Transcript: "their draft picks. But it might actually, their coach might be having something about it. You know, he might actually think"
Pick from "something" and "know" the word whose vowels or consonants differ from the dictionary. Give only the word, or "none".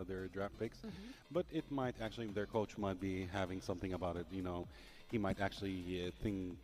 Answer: none